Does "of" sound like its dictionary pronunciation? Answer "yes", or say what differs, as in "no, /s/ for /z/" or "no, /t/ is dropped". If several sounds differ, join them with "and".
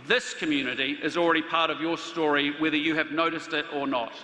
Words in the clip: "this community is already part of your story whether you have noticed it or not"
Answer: yes